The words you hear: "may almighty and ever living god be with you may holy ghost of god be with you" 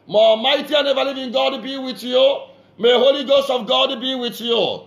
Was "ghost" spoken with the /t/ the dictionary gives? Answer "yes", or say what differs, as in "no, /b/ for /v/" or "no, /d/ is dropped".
yes